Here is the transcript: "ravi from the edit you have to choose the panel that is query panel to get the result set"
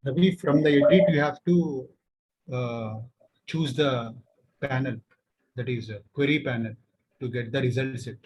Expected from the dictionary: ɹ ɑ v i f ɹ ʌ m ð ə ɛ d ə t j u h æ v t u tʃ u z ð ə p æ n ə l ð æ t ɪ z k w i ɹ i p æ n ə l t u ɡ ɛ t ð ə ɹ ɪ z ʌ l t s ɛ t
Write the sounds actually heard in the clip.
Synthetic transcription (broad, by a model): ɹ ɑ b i f ɹ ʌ m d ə ɛ d ə t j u h æ v t u tʃ u z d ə p æ n ə l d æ t ɪ z k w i ɹ i p æ n ə l t u ɡ ɛ t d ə ɹ ɪ z ʌ l t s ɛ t